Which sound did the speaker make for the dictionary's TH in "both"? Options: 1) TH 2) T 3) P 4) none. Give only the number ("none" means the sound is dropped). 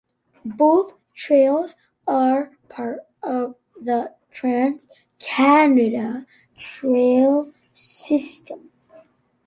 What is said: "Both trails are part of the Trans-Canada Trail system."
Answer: 1